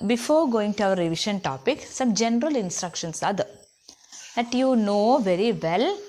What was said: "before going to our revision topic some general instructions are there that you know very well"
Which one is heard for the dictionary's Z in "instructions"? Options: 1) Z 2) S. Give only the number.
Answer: 2